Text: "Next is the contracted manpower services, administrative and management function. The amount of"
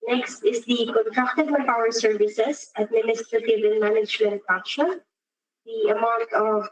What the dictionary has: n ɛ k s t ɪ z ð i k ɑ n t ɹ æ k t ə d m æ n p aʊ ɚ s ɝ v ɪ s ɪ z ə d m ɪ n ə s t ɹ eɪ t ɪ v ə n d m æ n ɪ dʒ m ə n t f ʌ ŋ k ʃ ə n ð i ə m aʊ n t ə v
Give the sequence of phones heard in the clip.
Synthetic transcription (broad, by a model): n ɛ k s t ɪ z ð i k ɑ n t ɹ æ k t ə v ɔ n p aʊ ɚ s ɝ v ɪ s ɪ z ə d m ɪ n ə s t ɹ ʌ t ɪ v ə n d m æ n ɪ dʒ m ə n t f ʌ k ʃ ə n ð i ə m aʊ n t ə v